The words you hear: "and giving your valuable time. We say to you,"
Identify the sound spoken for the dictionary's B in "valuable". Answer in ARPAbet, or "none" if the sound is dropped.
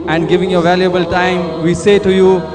B